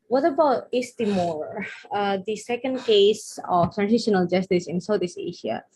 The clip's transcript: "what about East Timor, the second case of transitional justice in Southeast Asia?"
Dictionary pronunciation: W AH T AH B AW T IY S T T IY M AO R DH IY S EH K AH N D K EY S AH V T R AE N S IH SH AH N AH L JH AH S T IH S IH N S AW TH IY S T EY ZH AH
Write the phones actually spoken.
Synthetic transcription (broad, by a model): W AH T AH B AW T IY S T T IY M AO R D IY S EH K AH N D K EY S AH F T R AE N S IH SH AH N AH L JH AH S T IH S IH N S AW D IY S EY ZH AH